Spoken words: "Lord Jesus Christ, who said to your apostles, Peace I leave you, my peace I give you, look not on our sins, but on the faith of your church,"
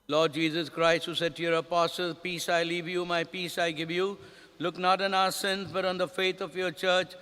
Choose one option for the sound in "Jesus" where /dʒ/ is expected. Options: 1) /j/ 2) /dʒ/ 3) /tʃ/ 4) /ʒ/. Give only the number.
2